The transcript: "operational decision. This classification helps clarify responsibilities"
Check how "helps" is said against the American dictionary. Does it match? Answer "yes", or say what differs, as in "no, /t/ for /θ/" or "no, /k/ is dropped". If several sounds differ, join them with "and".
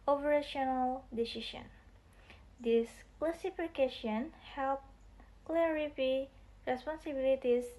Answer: no, /s/ is dropped